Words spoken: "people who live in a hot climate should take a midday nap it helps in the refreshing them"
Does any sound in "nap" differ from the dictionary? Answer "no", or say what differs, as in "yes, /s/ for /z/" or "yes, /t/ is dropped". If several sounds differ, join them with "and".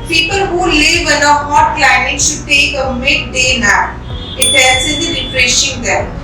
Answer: yes, /p/ is dropped